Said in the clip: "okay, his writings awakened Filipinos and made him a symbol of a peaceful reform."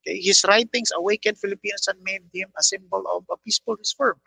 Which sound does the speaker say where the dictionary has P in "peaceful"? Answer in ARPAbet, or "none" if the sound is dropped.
P